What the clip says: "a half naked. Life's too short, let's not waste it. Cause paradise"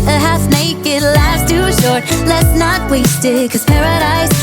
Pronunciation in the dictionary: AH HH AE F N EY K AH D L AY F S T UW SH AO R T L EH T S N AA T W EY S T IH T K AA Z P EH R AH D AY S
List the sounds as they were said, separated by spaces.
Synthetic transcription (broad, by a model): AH HH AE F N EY K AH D L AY S T UW SH AO R T L EH T S N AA T W EY S T IH T K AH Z P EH R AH D AY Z